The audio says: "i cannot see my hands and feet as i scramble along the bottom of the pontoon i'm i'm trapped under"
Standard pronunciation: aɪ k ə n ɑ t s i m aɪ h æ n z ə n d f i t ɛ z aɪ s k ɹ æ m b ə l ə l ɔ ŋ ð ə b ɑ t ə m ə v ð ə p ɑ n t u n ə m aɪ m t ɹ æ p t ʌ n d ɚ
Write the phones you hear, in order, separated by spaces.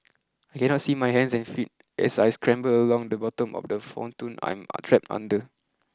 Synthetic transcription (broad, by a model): aɪ k ə n ɑ t s i m aɪ h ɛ n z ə n f i t ɛ s aɪ s k ɹ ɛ m b ə l ə l ɔ ŋ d ə b ɑ t ə m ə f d ə f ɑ n t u n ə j m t ɹ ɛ p t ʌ n d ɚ